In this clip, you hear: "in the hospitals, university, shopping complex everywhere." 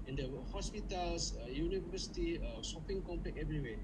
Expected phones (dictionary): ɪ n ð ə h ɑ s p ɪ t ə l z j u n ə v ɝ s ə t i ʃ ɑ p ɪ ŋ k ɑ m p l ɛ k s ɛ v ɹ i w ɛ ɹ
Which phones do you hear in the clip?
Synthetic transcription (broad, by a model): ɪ n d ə h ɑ s p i t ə l s j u n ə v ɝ s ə t i s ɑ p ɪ ŋ k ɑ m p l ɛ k ɛ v ɹ i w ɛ